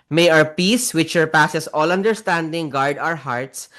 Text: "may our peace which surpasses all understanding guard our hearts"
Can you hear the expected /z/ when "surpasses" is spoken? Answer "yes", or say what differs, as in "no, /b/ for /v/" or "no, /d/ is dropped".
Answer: no, /s/ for /z/